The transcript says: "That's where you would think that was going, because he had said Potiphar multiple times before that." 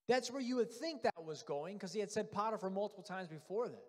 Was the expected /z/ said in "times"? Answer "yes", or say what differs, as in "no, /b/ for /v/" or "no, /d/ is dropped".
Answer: yes